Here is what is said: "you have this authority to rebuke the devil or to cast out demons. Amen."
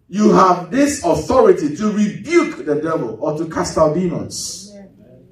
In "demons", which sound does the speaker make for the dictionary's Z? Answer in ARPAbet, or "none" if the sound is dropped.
none